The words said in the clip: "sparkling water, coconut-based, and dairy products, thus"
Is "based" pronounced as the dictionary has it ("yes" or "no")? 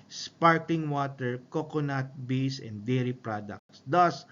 no